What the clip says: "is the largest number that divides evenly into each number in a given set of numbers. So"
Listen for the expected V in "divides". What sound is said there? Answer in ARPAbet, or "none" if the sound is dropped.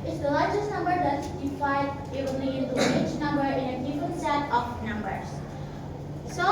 P